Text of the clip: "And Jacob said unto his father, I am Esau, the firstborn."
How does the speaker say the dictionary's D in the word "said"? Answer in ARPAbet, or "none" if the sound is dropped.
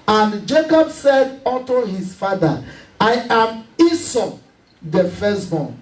D